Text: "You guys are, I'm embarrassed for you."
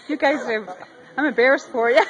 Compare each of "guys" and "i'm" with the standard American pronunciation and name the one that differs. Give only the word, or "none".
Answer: none